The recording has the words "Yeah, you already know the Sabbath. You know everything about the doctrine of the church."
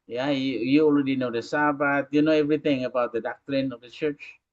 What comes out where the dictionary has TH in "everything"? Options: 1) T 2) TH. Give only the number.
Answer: 1